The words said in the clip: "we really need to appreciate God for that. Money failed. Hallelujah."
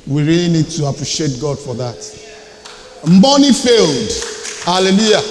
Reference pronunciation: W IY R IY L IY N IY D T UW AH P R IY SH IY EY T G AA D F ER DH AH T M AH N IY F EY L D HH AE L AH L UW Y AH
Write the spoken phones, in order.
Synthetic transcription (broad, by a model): W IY R IY L IY N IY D T UW AH P R IY SH IY EY T G AA D F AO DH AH T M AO N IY F EY L D HH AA L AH L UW Y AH